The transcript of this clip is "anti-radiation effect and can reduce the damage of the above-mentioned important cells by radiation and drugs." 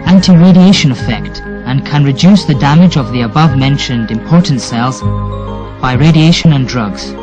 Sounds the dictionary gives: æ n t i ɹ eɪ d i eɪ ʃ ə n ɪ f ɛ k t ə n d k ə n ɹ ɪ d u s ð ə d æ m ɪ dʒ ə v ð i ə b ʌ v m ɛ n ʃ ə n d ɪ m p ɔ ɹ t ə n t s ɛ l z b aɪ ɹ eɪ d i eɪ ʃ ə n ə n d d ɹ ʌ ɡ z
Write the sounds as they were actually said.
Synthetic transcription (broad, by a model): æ n t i ɹ eɪ d i eɪ ʃ ə n ɪ f ɛ k t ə n k ə n ɹ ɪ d u s ð ə d æ m ɪ dʒ ə v ð i ə b ʌ v m ɛ n ʃ ə n d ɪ m p ɔ ɹ t n t s ɛ l z b aɪ ɹ eɪ d i eɪ ʃ ə n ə n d d ɹ ʌ ɡ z